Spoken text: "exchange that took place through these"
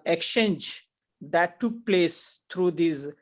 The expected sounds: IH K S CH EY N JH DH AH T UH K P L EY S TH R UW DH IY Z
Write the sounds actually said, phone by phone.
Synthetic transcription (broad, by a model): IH K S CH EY N JH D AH T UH K P L EY S T R UW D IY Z